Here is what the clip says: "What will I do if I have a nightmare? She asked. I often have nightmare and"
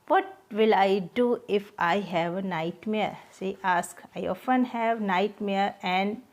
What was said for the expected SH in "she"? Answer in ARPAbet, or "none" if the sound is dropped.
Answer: S